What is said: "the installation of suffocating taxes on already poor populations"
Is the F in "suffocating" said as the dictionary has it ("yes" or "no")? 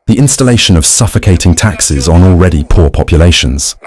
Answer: yes